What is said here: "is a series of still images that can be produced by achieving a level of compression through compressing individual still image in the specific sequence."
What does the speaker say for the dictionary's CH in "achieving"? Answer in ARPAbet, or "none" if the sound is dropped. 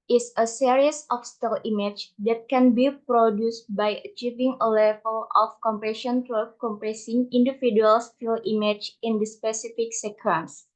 CH